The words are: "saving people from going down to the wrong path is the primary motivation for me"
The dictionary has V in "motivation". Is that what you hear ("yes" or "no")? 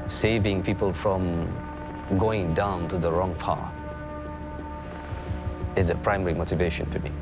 yes